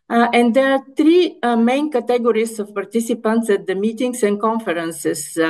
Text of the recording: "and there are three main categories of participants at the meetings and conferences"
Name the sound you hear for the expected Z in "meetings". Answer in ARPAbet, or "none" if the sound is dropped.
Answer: S